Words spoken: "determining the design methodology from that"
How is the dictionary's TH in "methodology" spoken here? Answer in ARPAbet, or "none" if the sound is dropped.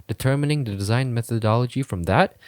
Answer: TH